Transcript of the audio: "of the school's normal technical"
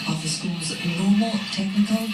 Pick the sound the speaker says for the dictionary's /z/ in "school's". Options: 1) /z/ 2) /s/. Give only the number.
1